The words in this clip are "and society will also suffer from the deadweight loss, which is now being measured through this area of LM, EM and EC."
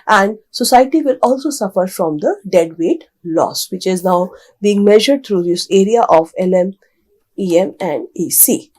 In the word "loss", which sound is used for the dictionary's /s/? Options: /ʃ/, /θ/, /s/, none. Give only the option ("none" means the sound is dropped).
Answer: /s/